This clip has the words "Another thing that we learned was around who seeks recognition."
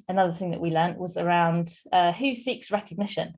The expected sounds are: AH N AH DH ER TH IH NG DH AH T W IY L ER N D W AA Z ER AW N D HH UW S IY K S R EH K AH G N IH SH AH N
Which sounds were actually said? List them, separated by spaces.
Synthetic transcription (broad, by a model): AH N AH DH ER TH IH NG DH AH T W IY L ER N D W AA Z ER AW N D HH UW S IY K S R EH K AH G N IH SH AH N